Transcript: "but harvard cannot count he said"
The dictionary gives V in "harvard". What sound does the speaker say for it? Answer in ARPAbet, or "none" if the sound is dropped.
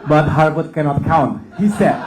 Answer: B